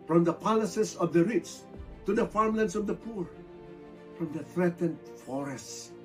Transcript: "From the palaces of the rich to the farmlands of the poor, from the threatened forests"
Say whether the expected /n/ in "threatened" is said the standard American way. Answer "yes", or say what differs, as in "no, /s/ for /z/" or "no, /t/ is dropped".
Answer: yes